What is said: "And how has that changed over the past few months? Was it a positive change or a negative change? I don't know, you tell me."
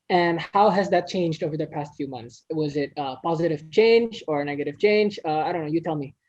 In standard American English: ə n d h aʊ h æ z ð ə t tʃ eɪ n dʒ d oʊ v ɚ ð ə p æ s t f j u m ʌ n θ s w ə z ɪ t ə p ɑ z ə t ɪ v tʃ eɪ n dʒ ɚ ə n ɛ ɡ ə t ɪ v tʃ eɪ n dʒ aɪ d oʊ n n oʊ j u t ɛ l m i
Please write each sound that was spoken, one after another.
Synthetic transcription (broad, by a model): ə n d h aʊ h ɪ z ð ə t tʃ eɪ n dʒ d oʊ v ɚ ð ə p æ s t f j u m ʌ n θ s w ə z ɪ t ə p ɑ z ə t ɪ v tʃ eɪ n dʒ ɚ n ɛ ɡ ə t ɪ v tʃ eɪ n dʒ aɪ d oʊ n n oʊ j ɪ t ɛ l m i